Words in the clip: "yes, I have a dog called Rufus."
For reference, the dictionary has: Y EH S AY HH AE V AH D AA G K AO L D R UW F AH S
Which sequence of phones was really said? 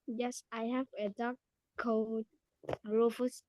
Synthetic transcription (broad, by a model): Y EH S AY HH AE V AH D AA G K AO D R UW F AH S